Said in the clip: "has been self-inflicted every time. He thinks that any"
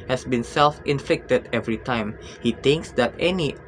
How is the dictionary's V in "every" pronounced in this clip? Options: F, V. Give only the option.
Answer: V